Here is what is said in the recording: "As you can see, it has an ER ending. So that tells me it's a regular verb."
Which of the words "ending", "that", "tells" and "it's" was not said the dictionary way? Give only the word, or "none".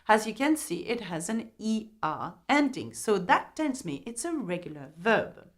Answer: tells